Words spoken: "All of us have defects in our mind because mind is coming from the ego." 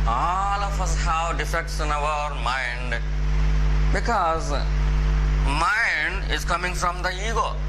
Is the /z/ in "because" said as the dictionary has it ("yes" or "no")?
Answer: yes